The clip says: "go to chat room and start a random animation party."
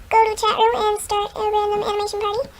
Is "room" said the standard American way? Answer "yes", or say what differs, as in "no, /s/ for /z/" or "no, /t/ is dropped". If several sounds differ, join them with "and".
no, /m/ is dropped